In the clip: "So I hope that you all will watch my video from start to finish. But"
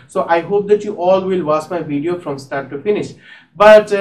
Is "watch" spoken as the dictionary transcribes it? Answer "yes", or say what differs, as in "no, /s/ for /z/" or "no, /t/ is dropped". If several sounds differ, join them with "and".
no, /s/ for /tʃ/